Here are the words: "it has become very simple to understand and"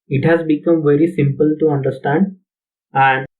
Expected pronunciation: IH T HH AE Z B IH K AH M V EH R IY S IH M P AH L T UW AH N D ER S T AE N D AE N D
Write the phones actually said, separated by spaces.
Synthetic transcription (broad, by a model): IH T HH AE Z B IH K AH M V EH R IY S IH M P AH L T UW AH N D ER S T AE N D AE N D